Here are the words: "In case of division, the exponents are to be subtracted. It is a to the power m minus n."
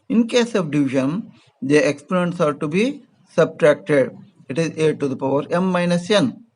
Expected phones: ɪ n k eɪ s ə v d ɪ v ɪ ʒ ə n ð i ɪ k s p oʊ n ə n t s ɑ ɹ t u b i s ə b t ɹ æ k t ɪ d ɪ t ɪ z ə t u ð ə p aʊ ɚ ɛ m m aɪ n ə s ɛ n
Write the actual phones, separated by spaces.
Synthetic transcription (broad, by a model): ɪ n k eɪ s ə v d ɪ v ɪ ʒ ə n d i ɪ k s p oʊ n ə n t s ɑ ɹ t u b i s ə b t ɹ æ k t ɪ d ɪ t ɪ z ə t u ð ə p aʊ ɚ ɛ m m aɪ n ə s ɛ n